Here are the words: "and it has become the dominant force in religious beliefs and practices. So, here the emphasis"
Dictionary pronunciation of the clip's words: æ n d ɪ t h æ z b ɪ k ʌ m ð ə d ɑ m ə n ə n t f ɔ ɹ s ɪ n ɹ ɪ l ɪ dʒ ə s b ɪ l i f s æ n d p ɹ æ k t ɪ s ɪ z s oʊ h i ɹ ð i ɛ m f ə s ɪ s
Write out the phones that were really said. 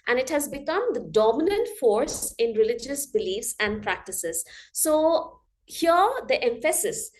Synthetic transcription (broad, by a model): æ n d ɪ t h æ z b ɪ k ʌ m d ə d ɑ m ə n ə n t f ɔ ɹ s ɪ n ɹ ɪ l ɪ dʒ ə s b ɪ l i f s æ n d p ɹ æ k t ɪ s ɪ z s oʊ h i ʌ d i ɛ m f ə s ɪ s